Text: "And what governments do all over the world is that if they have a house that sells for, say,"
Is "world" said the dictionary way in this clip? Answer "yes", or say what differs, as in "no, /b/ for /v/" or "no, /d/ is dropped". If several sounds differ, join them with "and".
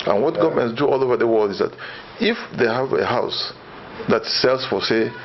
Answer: yes